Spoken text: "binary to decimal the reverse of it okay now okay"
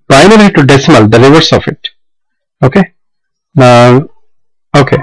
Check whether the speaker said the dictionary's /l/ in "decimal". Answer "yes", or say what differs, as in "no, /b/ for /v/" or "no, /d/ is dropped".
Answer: yes